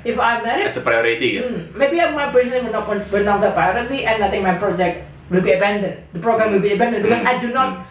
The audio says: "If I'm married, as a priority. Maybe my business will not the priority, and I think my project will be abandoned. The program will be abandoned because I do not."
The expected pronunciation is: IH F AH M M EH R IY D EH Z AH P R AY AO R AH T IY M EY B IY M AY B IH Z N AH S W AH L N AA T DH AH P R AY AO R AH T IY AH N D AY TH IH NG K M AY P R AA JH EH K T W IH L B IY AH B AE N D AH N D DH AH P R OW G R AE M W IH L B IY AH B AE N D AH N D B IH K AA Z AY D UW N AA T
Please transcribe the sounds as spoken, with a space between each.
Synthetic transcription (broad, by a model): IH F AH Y M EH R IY EH S AH P R AY AO R AH T IY M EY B IY M AY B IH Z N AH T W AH W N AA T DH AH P R AY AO R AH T IY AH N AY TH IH NG M AY P R AA JH EH K T W IH L B IY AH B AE N D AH N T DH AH P R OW G R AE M W IH L B IY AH B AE N D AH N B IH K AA S AY D UW N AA T